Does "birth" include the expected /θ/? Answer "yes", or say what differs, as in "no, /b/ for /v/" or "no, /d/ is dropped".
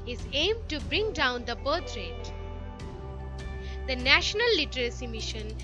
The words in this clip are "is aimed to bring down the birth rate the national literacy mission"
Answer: no, /t/ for /θ/